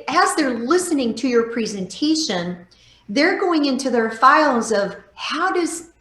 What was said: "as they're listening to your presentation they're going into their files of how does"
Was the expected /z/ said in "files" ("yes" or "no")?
yes